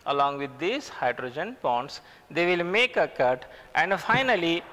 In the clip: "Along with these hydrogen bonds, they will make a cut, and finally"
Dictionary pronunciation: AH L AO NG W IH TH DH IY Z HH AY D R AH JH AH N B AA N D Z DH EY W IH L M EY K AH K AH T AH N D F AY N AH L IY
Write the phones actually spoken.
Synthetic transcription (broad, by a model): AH L AO NG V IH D IY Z HH AY D R AH JH AH N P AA N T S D EY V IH L M EY K AH K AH T AH N D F AY N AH L IY